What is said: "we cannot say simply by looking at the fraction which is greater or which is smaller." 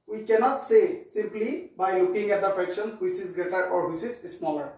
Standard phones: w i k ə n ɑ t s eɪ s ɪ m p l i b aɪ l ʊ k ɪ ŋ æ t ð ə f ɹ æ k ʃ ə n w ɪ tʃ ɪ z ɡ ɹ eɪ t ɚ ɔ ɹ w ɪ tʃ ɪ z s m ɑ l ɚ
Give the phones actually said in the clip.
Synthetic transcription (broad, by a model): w i k ə n ɑ t s eɪ s ɪ m p l i b aɪ l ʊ k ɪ ŋ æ t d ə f ɹ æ k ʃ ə n w ɪ tʃ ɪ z ɡ ɹ eɪ t ɚ ɔ ɹ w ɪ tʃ ɪ z s m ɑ l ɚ